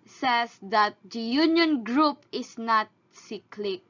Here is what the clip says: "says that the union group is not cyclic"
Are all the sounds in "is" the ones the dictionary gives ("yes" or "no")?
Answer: no